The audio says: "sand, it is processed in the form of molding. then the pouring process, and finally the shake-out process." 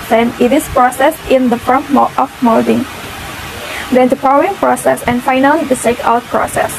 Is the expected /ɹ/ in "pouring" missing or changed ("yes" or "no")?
yes